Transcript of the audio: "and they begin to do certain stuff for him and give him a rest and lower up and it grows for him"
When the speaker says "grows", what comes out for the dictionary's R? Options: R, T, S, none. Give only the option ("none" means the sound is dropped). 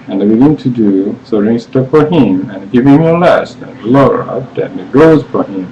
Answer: none